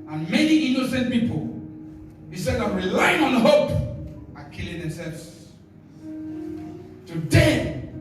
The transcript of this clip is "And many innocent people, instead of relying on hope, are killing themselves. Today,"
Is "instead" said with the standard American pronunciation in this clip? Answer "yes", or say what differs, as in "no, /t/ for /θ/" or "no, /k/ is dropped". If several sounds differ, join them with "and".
no, /n/ is dropped